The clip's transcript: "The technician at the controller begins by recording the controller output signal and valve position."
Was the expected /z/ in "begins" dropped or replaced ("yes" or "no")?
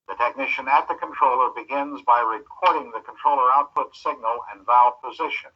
no